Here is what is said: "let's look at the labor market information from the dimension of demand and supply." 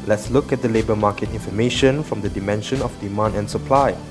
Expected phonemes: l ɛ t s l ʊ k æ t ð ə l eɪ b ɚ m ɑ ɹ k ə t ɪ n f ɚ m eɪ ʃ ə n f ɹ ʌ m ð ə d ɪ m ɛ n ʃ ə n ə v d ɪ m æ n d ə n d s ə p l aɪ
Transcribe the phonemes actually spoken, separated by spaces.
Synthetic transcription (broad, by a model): l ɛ t s l ʊ k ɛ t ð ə l eɪ b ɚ m ɑ k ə t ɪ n f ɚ m eɪ ʃ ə n f ɹ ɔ m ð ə d ɪ m ɛ n ʃ ə n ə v d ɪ m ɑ n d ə n s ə p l aɪ